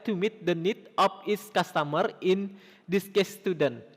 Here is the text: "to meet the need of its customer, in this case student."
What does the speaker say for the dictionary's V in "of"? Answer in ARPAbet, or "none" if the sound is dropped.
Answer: P